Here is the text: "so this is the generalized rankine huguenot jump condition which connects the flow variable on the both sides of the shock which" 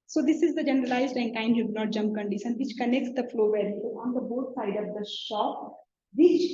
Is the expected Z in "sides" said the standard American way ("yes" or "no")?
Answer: no